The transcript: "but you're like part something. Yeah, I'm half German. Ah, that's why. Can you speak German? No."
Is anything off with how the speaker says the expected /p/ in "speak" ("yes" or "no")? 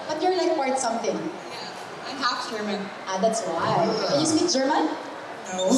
yes